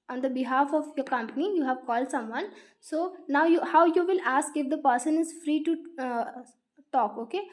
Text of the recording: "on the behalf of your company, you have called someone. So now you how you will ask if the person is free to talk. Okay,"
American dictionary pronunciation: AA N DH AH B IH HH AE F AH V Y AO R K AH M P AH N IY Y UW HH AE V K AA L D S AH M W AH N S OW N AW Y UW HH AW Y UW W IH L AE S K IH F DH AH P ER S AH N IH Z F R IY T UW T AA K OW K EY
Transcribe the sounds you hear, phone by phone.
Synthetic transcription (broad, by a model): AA N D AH B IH HH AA F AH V Y AO R K AH M P AH N IY Y UW HH AE V K AA L D S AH M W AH N S OW N AW Y UW HH AW Y UW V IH L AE S K IH F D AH P ER S AH N IH Z F R IY T UW T AA K OW K EY